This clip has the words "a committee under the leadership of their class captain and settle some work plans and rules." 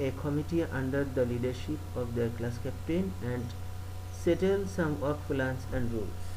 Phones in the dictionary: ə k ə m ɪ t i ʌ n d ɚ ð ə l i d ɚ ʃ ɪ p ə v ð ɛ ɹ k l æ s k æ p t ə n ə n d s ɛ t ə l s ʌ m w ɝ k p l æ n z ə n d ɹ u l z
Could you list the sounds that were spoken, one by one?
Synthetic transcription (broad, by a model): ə k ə m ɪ t i ʌ n d ɚ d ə l i d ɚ ʃ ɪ p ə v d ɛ ɹ k l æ s k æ p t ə n ə n d s ɛ t ə l s ʌ m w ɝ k f l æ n s ə n d ɹ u l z